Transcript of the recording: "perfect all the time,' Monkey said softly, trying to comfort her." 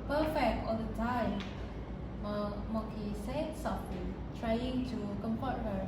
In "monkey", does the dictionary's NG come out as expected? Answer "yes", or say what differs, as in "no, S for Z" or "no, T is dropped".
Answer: no, NG is dropped